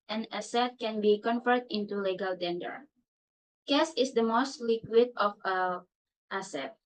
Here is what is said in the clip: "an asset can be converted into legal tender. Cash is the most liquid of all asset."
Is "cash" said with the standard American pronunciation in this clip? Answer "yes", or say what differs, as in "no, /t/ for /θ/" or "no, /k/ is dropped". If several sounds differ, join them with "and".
no, /s/ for /ʃ/